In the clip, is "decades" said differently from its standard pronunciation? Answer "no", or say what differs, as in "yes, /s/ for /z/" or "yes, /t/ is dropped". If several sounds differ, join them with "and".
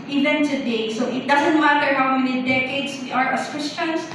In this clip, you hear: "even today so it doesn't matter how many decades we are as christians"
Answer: yes, /s/ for /z/